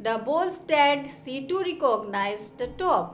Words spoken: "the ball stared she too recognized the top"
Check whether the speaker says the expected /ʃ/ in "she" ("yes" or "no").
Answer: no